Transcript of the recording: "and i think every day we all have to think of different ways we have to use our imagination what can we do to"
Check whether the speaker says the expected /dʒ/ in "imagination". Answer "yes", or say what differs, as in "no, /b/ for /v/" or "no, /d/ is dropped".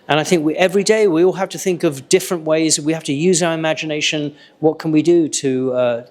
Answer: yes